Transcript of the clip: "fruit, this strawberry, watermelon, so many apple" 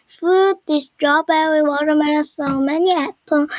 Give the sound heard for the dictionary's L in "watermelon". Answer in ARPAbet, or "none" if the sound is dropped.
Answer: N